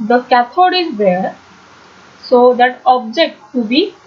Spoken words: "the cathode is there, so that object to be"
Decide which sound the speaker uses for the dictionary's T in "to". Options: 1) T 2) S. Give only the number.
1